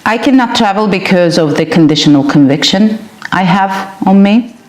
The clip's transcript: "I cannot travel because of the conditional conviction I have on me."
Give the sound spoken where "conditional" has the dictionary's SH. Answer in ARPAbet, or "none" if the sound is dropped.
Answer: SH